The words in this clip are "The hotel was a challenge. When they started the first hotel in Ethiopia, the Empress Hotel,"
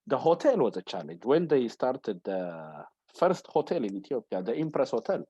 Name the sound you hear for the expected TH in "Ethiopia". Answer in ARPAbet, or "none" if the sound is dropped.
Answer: T